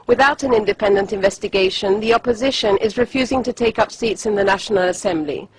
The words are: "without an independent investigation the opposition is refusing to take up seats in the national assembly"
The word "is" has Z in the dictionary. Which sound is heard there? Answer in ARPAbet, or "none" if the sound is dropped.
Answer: Z